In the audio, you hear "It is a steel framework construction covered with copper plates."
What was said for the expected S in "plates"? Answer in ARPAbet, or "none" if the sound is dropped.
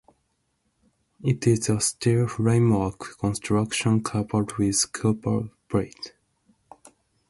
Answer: none